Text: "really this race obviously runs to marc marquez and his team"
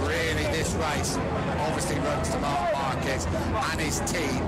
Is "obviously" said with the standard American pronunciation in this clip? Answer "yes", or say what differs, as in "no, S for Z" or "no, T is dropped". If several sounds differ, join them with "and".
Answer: yes